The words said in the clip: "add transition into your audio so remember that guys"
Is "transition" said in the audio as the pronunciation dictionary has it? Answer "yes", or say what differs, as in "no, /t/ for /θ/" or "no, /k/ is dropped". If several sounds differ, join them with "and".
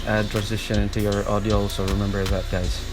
yes